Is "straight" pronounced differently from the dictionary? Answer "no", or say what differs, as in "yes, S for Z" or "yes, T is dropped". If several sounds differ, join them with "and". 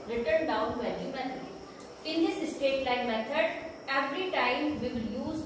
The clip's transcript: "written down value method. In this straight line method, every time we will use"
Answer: yes, R is dropped